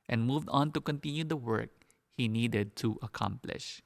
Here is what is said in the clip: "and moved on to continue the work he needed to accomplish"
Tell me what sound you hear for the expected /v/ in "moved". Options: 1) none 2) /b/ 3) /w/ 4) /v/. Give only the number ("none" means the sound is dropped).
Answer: 4